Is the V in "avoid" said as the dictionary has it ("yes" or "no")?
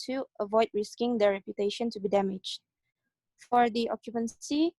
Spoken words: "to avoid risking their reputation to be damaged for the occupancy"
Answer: yes